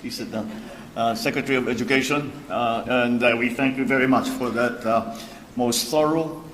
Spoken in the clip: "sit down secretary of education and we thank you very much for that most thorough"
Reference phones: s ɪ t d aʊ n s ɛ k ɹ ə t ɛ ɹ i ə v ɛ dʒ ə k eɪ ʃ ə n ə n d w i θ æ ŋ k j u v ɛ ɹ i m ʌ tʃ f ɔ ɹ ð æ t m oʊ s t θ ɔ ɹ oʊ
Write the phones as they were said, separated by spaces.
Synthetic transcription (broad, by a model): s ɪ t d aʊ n s ɛ k ɹ ə t ɛ ɹ i ə v ɛ dʒ ə k eɪ ʃ ə n ə n d w i θ æ ŋ k j u v ɛ ɹ i m ʌ tʃ f ɔ ɹ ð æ t m oʊ s t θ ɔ ɹ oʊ